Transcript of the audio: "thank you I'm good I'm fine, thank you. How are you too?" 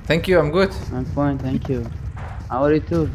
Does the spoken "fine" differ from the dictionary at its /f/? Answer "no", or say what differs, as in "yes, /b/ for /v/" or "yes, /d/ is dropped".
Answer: yes, /p/ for /f/